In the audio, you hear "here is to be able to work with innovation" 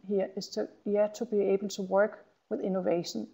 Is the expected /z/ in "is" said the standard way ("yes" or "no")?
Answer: no